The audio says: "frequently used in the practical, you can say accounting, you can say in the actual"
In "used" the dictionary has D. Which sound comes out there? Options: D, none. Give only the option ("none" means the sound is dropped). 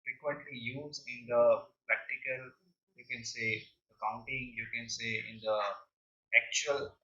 none